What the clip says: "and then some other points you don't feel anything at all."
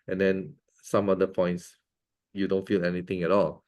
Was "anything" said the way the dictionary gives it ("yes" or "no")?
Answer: no